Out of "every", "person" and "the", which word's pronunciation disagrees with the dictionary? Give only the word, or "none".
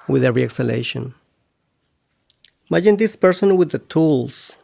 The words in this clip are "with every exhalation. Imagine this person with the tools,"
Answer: every